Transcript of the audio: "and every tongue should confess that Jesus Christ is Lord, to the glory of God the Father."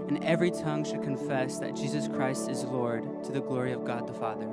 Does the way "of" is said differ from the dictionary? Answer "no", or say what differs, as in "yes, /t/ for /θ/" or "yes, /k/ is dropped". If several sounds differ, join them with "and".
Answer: no